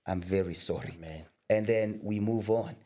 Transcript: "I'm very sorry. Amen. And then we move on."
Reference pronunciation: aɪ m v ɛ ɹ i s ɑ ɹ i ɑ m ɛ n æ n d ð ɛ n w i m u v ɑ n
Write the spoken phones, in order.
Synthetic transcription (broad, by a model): aɪ m v ɛ ɹ i s ɑ ɹ i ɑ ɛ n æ n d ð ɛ n w i m u v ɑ n